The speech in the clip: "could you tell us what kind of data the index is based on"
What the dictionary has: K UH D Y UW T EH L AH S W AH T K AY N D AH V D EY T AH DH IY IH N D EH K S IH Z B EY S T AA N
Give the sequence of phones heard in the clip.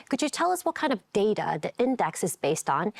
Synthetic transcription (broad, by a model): K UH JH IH T EH L AH S W AH T K AY N D AH V D EY T AH DH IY IH N D EH K S IH Z B EY S T N